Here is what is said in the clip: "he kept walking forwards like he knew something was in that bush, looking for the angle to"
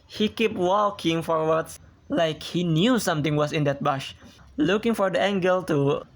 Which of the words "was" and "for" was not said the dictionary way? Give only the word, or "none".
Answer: was